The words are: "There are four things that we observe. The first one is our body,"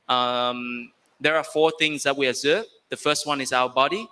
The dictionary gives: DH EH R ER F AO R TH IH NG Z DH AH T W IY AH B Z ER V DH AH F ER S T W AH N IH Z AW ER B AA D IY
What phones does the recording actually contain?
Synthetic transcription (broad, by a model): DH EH R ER F AO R TH IH NG Z DH AH T W IY AH B Z ER V DH AH F ER S T W AH N IH Z AW ER B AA D IY